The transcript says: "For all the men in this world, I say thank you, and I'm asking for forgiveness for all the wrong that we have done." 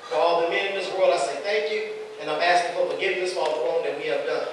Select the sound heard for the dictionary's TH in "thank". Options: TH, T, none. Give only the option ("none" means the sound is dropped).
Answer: TH